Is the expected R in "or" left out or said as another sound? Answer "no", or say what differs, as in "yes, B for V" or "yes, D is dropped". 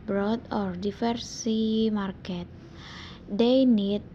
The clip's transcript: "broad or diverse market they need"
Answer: no